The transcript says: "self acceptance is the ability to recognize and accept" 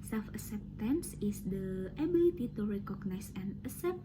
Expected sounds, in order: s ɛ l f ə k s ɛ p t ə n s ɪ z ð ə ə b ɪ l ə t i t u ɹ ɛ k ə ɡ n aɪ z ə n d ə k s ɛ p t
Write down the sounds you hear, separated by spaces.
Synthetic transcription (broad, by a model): s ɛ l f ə s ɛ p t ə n s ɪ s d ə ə b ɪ l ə t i t u ɹ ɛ k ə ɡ n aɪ s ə n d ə s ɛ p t